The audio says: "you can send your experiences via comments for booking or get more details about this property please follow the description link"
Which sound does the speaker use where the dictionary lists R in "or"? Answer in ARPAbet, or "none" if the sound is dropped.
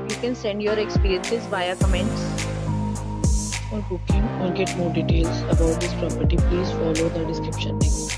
L